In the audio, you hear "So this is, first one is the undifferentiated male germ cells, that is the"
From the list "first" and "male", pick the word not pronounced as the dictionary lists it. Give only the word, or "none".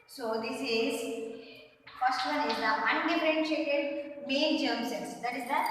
male